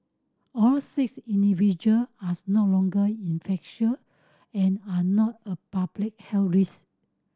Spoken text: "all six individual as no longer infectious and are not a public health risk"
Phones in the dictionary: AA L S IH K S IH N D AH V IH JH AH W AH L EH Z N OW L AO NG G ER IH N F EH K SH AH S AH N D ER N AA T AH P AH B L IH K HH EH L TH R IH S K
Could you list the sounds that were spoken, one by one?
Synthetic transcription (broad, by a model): AA L S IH K S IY N D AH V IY JH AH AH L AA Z N OW L AO NG G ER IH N F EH K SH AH AH N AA N AA T AH P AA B L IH K HH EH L R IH S